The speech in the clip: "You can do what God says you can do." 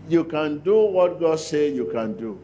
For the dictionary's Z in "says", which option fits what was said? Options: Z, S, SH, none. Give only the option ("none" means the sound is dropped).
none